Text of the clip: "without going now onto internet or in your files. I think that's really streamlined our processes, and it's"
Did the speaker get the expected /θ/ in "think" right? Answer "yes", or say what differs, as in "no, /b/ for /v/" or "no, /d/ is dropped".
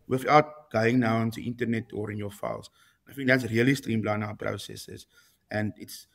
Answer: no, /f/ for /θ/